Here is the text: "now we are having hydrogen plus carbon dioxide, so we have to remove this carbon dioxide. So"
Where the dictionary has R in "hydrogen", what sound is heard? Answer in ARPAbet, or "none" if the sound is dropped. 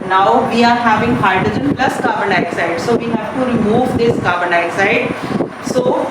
none